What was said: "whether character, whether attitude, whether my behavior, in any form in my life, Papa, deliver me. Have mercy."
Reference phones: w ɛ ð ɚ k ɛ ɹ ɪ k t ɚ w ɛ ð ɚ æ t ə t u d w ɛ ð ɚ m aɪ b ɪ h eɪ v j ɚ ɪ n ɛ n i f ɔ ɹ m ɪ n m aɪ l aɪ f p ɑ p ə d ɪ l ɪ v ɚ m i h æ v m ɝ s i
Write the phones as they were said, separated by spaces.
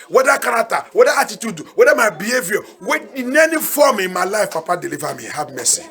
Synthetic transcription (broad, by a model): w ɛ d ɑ k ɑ ɹ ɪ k t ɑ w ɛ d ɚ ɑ t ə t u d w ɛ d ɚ m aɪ b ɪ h eɪ v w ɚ ɪ n ɛ n i f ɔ m ɪ n m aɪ l aɪ f p ɑ p ə d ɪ l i v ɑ m i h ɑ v m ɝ s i